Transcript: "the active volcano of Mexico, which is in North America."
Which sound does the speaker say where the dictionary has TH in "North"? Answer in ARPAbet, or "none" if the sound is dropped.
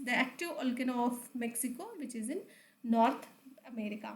T